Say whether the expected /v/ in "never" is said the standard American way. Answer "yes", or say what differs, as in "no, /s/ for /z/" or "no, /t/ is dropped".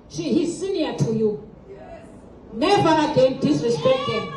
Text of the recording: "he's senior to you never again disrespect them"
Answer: yes